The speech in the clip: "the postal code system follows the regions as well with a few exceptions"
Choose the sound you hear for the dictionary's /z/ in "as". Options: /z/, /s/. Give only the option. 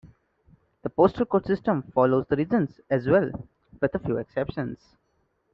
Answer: /z/